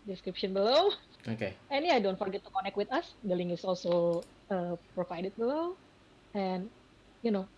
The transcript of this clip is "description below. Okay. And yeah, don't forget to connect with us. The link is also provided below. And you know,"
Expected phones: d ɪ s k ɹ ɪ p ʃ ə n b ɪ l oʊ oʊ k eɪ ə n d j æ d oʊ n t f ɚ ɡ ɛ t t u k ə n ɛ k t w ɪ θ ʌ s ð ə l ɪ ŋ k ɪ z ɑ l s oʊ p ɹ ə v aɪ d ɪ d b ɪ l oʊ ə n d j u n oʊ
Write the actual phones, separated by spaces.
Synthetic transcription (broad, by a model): d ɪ s k ɹ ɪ p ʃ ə n b ɪ l oʊ oʊ k eɪ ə n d j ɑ d oʊ n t f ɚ ɡ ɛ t t u k ə n ɛ k t w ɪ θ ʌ s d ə l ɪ ŋ ɪ s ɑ l s oʊ p ɹ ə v aɪ d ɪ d b ɪ l oʊ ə n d j u n oʊ